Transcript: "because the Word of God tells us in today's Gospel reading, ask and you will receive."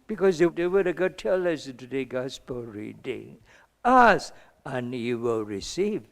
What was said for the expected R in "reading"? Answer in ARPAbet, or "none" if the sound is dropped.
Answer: R